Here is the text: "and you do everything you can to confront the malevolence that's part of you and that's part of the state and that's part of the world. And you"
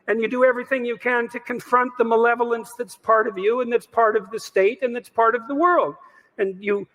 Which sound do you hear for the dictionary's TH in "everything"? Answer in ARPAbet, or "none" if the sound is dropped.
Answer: TH